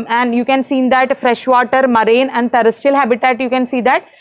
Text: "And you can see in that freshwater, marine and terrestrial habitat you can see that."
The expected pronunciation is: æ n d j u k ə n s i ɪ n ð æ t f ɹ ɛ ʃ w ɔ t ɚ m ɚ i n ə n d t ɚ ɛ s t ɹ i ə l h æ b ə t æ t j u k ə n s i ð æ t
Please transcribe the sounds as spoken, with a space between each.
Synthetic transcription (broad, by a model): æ n d j u k ə n s i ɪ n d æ t f ɹ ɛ ʃ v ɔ t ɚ m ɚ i n ə n d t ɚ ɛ s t i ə l h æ b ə t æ t j u k ə n s i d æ t